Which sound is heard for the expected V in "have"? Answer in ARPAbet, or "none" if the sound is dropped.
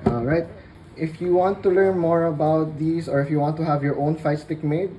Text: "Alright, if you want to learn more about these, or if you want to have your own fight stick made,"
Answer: V